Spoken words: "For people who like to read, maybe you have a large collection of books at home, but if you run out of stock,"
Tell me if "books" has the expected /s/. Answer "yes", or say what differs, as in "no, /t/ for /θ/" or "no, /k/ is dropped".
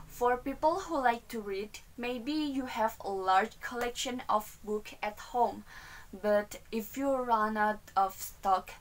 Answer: no, /s/ is dropped